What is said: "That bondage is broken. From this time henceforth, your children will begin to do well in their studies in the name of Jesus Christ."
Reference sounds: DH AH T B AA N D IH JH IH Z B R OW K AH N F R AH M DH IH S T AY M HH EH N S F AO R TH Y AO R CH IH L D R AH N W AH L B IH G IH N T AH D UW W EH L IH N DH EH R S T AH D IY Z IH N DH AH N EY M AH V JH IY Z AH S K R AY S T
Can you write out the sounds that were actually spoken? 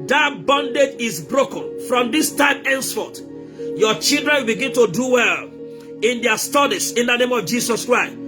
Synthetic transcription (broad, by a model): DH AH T B AA N D IH JH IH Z B R OW K AH N F R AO M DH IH S T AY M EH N S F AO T Y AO CH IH L D R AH N W AH L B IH G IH N T AH D UW W EH L IH N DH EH S T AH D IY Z IH N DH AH N EY M AH V JH IY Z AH S K R AY S T